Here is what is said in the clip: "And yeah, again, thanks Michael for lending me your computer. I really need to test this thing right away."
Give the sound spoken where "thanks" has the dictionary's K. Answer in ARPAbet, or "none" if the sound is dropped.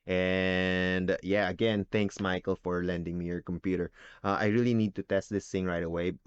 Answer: K